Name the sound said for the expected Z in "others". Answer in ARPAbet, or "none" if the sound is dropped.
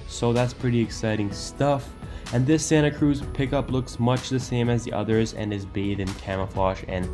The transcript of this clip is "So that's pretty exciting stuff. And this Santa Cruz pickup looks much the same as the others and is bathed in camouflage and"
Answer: Z